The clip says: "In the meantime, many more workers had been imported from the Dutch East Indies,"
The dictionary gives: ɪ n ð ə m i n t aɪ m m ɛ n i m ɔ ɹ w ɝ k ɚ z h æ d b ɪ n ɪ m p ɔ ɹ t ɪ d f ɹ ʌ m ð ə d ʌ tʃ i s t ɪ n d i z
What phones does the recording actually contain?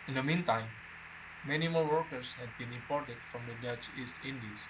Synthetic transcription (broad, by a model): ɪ n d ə m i n t aɪ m m ɛ n i m ɔ ɹ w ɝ k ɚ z h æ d b ɪ n ɪ m p ɔ ɹ t ɪ d f ɹ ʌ m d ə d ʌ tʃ i s t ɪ n d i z